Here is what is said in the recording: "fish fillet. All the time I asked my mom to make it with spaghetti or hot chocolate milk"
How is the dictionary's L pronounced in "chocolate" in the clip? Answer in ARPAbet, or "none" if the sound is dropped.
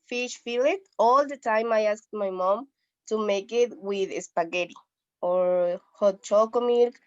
none